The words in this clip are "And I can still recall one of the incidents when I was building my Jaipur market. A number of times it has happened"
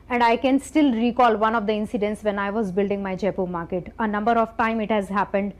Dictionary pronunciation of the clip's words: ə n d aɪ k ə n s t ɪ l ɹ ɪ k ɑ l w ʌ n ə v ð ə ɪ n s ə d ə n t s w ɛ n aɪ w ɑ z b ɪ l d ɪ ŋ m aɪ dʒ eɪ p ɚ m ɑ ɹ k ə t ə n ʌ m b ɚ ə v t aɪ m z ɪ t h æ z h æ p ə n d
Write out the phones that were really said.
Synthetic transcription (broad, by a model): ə n d aɪ k ə n s t ɪ l ɹ ɪ k ɑ l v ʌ n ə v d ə ɪ n s ə d ə n t s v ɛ n aɪ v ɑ z b ɪ l d ɪ ŋ m aɪ dʒ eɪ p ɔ m ɑ ɹ k ə t ə n ʌ m b ɚ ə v t aɪ m ɪ t h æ z h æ p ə n d